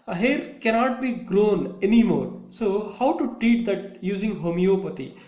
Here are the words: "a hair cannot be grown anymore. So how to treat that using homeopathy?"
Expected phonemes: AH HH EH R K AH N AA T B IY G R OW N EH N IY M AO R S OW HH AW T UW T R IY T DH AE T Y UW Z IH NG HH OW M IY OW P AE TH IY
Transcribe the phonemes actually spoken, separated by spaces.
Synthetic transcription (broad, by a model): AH HH EH R K AH N AA T B IY G R OW N EH N IY M AO R S OW HH AW T UW T R IY T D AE T Y UW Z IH NG HH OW M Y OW P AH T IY